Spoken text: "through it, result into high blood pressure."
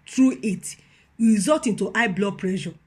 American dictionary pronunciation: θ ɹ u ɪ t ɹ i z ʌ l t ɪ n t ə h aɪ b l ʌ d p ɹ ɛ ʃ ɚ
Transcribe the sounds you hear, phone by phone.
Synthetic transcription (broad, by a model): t ɹ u ɪ t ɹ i z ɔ t ɪ n t ə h aɪ b l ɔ p ɹ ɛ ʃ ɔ